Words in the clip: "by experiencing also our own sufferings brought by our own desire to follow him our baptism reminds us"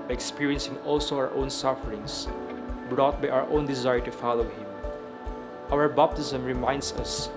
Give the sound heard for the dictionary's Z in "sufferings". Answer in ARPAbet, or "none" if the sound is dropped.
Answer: S